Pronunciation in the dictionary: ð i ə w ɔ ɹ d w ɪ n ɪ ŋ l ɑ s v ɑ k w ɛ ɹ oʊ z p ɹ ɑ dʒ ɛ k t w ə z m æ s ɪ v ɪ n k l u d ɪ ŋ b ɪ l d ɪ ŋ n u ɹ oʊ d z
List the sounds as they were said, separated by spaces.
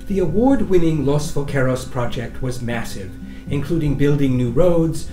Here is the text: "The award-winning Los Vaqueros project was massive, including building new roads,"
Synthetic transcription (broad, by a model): ð i ə w ɔ ɹ d w ɪ n ɪ ŋ l ɑ s f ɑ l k ɛ ɹ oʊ s p ɹ ɑ dʒ ɛ k t w ə z m æ s ɪ v ɪ n k l u d ɪ ŋ b ɪ l d ɪ ŋ n u ɹ oʊ d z